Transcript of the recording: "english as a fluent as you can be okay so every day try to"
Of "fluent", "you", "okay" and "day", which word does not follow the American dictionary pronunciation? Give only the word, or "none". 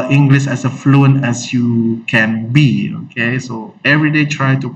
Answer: fluent